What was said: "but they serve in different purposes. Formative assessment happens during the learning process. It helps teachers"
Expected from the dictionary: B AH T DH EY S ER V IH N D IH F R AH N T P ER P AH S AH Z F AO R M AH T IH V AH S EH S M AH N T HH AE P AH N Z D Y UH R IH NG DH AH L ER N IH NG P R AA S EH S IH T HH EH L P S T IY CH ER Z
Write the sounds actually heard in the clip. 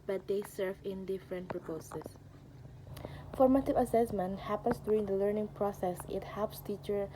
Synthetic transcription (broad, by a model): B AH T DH EY S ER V IH N D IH F R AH N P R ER P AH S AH S F AO R M AH T IH V AH S EH S M AH N T HH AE P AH N S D Y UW R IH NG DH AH L ER N IH NG P R AA S EH S IH T HH EH L P S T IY CH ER